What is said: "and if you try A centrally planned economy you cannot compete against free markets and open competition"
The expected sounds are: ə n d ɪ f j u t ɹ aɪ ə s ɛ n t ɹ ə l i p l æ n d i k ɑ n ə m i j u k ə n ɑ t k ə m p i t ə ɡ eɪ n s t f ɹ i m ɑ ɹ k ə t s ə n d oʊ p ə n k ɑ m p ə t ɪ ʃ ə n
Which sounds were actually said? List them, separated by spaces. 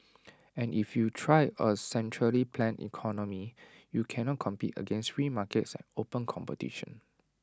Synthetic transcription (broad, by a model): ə n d ɪ f j u t ɹ aɪ ə s ɛ n t ɹ ə l i p l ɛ n i k ɑ n ə m i j u k ə n ɑ t k ə m p i t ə ɡ eɪ n s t ɹ i m ɑ k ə t s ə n oʊ p ə n k ɑ m p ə t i ʃ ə n